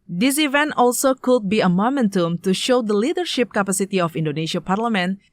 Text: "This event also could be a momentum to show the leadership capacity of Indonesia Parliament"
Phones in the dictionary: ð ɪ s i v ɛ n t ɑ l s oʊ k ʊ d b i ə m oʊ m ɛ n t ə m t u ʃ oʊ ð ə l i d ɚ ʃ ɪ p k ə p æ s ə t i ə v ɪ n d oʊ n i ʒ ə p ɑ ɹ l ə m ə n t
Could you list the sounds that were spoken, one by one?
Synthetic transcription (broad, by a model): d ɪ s i v ɛ n t ɑ l s oʊ k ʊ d b i ə m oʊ m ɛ n t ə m t u ʃ oʊ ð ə l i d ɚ ʃ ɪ p k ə p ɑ s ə t i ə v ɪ n d oʊ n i ʃ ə p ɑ ɹ l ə m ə n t